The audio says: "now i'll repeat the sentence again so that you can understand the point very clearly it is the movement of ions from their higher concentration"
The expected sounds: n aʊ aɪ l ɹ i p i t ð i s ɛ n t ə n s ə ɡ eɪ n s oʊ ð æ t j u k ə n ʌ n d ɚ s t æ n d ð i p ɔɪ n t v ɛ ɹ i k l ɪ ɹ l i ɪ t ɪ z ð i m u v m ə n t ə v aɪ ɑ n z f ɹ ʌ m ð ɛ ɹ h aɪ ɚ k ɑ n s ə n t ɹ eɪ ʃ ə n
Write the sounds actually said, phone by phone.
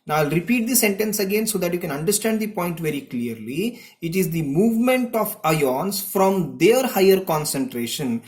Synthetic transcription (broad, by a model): n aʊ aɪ l ɹ i p i t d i s ɛ n t ə n s ə ɡ eɪ n s oʊ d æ t j u k ə n ʌ n d ɚ s t æ n d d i p ɔɪ n t v ɛ ɹ i k l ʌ ɹ l i ɪ t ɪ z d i m u v m ə n t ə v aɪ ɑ n s f ɹ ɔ m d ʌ ɹ h aɪ ɚ k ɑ n s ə n t ɹ eɪ ʃ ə n